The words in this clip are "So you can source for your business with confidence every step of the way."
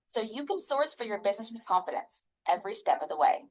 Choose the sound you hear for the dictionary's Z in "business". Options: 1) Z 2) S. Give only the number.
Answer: 1